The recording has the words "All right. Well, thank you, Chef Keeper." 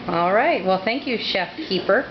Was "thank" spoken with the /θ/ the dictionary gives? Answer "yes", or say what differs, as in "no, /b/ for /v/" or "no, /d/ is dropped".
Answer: yes